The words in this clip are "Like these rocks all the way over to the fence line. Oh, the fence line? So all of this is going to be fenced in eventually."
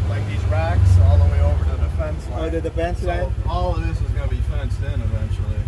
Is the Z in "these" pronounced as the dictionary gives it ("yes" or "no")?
yes